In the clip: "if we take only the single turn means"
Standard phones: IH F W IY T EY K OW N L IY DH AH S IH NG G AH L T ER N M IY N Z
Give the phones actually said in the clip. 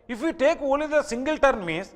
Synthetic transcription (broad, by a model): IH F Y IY T EY K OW L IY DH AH S IH NG G AH L T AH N M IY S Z